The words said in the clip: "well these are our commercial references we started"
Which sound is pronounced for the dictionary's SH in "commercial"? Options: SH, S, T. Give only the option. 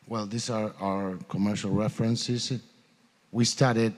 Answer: SH